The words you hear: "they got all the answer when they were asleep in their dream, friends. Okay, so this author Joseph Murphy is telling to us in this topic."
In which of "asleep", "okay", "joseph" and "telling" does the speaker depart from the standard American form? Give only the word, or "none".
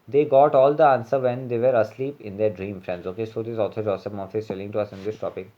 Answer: joseph